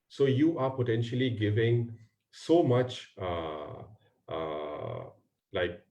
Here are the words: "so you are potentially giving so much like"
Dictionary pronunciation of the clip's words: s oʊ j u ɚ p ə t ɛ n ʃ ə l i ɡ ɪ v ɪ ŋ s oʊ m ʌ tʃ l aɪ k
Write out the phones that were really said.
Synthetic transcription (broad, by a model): s oʊ j u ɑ p ə t ɛ n ʃ ə l i ɡ ɪ v ɪ ŋ s oʊ m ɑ tʃ l aɪ k